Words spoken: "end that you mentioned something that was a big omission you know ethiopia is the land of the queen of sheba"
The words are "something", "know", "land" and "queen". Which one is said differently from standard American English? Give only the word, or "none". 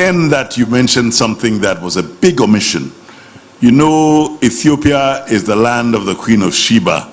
none